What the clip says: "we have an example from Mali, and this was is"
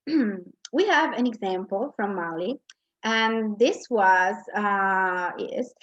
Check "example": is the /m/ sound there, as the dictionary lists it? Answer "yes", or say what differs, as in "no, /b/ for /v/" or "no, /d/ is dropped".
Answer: yes